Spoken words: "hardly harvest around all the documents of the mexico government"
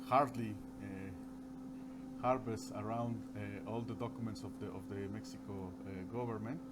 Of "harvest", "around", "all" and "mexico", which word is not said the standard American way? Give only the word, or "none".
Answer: harvest